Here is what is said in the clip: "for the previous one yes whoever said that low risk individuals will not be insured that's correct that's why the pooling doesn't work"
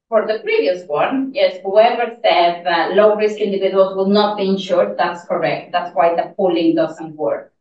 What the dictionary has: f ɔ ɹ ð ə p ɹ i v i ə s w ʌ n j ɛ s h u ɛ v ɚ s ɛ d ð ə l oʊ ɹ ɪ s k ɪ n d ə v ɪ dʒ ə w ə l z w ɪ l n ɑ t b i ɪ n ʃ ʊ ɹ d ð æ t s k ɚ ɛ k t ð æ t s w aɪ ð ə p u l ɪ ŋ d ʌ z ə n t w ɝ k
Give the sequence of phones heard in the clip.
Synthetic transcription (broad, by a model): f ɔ ɹ ð ə p ɹ i v i ə s w ʌ n j ɛ s h u ɛ v ɚ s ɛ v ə l oʊ ɹ ɪ s k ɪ n d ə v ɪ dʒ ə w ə l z w ɪ l n ɑ t b i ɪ n ʃ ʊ ɹ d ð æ t s k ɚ ɛ k t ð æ t s w aɪ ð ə p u l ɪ ŋ d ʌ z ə n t w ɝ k